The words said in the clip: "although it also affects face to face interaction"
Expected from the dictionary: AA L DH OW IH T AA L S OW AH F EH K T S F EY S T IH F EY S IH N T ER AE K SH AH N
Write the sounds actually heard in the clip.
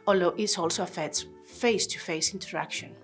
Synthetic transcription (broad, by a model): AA L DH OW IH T AA L S OW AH F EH T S F EY S T IH F EY S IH N T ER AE K SH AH N